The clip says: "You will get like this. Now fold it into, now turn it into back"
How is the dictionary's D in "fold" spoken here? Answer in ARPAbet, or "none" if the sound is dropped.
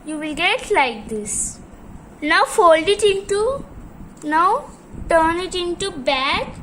D